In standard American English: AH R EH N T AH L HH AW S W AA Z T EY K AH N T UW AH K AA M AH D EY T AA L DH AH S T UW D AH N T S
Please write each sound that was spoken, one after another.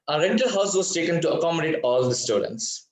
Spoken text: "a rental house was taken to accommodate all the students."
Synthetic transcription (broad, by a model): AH R EH N T AH L HH AW S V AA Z T EY K AH N T UW AH K AA M AH D EY T AA L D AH S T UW D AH N T S